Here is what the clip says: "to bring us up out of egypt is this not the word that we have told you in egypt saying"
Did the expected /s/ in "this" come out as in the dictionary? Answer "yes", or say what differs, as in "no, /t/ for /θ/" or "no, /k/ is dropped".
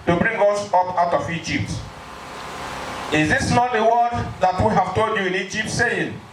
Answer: yes